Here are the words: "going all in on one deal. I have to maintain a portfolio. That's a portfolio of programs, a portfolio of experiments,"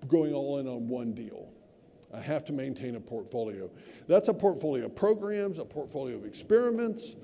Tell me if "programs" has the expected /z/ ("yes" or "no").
yes